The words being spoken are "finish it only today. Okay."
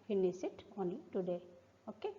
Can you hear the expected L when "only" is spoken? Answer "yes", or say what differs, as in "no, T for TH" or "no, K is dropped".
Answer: no, L is dropped